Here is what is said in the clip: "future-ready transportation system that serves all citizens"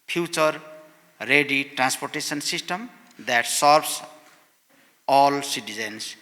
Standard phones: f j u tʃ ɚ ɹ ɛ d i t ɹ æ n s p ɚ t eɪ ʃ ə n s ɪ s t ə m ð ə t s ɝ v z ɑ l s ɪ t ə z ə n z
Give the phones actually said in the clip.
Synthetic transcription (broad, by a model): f j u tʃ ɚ ɹ ɛ d i t ɹ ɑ n s p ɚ t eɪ s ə n s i s t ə m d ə t s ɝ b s ɑ l s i t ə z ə n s